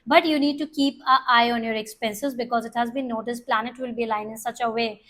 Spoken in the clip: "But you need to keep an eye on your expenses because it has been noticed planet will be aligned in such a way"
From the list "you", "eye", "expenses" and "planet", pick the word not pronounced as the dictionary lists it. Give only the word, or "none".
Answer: none